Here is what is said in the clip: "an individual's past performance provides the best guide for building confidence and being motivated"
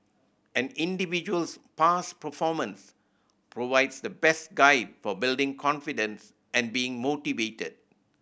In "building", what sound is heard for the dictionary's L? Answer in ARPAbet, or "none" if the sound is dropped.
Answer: L